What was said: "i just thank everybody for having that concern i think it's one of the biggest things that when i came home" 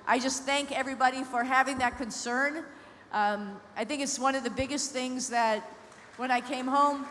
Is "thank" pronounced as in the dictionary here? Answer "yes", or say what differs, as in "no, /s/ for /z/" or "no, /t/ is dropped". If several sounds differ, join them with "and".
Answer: yes